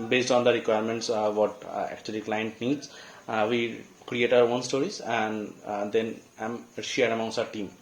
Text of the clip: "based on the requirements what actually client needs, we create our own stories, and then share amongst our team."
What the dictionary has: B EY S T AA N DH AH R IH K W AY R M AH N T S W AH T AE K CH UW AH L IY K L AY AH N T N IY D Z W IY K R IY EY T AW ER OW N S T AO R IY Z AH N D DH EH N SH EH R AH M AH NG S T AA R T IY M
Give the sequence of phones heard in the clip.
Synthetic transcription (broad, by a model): B EY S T AA N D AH R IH K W AY R M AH N T S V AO T AE K CH UW AH L IY K L AY AH N T N IY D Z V IY K R IY EY T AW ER OW N S T AO R IY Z AH N D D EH N SH EH R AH M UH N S AA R T IY M